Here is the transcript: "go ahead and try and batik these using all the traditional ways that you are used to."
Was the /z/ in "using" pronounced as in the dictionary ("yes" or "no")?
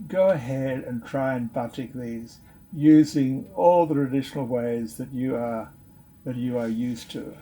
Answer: yes